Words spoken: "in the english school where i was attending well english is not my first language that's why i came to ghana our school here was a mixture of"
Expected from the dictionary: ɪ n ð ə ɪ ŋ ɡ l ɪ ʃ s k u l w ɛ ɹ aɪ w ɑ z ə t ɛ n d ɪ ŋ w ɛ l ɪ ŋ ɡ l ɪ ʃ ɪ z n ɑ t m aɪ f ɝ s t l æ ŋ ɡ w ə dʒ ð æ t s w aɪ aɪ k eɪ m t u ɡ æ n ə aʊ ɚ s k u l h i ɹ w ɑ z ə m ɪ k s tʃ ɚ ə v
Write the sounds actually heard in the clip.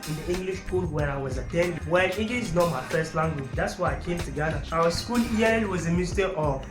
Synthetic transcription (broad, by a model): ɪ n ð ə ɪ ŋ ɡ l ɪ ʃ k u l w ɛ ɹ aɪ w ɑ z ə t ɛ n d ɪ w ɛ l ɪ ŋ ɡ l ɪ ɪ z n ɑ t m aɪ f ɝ s t l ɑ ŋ ɡ w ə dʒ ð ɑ t s w aɪ aɪ k eɪ m t u ɡ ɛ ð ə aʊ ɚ s k u l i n w ɑ z ə m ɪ s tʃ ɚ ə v